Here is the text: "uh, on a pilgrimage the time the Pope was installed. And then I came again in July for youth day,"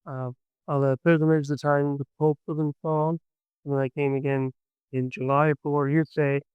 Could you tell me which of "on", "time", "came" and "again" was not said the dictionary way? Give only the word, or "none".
on